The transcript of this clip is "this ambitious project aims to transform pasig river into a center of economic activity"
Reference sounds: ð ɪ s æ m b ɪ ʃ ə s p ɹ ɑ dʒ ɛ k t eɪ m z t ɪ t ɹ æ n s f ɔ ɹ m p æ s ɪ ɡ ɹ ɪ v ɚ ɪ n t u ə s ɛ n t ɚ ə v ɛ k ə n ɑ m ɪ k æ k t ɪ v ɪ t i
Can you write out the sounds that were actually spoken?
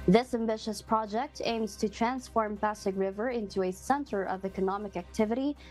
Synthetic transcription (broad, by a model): ð ɪ s æ m b ɪ ʃ ə s p ɹ ɑ dʒ ɛ k t eɪ m z t ɪ t ɹ æ n s f ɔ ɹ m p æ s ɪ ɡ ɹ ɪ v ɚ ɪ n t u ə s ɛ n t ɚ ə v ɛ k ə n ɑ m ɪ k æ k t ɪ v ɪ t i